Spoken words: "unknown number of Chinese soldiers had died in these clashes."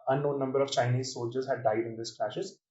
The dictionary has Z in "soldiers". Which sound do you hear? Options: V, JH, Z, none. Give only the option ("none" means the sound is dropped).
Z